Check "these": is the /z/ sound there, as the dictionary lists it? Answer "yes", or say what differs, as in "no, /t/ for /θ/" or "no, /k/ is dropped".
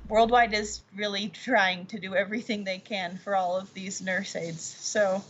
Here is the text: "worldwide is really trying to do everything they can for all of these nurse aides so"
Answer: yes